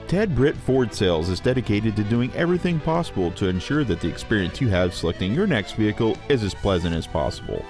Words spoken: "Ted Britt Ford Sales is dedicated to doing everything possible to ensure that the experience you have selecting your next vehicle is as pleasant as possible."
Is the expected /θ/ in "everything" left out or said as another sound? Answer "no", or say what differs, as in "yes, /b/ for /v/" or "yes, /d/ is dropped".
no